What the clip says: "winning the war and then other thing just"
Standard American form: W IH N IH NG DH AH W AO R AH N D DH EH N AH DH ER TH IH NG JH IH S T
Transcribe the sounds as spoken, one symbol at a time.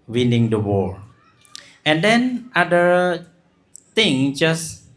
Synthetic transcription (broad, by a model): W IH N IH NG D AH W AO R AH N D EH N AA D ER T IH NG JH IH S